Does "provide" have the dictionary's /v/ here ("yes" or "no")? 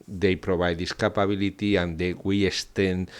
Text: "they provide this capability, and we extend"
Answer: no